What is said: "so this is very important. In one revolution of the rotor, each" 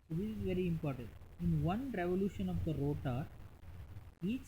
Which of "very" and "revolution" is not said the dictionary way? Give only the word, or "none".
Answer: none